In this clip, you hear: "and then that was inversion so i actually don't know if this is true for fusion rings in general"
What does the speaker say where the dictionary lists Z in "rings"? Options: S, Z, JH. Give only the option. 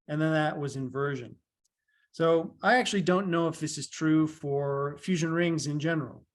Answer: Z